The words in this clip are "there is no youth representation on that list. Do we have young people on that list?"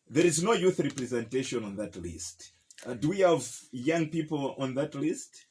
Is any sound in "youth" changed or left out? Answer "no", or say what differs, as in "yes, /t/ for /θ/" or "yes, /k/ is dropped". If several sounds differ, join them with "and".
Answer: no